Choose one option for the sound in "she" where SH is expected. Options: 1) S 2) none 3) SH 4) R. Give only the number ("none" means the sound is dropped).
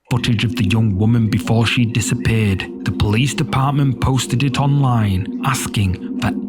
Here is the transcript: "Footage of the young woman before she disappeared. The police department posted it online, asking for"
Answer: 3